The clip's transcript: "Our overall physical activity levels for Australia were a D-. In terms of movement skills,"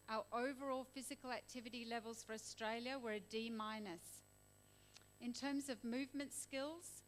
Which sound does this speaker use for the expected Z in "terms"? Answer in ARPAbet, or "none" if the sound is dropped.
Z